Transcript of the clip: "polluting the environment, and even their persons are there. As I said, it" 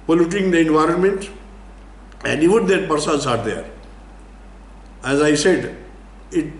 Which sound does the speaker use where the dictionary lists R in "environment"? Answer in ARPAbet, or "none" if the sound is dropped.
R